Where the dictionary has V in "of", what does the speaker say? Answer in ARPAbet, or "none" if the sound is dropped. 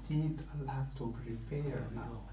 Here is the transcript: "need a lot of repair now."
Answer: P